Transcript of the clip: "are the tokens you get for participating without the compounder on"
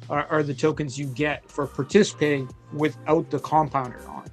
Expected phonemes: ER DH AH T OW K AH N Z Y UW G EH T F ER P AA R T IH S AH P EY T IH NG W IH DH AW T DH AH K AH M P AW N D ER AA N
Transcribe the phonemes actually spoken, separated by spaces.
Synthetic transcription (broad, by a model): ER DH AH T OW K AH N Z Y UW G EH T F ER P AA R T IH S AH P EY T IH NG W IH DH AW T DH AH K AH M P AW N D ER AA N